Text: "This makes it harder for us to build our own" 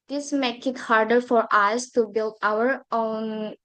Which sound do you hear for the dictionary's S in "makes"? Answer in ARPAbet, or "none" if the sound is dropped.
none